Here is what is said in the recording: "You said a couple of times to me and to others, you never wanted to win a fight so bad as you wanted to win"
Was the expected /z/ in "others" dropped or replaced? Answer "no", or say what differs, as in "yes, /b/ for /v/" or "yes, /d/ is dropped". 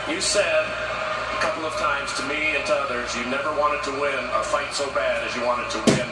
no